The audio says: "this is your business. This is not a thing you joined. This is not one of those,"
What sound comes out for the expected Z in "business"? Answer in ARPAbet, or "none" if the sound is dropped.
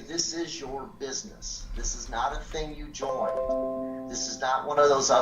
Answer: Z